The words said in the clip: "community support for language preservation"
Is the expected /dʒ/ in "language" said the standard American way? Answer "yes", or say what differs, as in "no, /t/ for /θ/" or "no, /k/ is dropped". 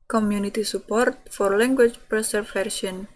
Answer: no, /tʃ/ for /dʒ/